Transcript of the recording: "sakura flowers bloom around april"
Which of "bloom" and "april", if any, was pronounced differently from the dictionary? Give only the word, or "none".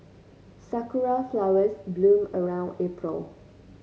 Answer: none